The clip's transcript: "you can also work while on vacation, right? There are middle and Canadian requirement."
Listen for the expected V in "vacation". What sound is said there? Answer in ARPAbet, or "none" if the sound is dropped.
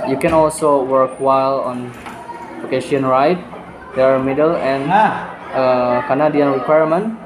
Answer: P